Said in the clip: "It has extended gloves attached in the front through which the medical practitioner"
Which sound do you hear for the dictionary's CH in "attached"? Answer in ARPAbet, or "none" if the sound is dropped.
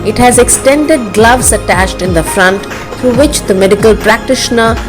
CH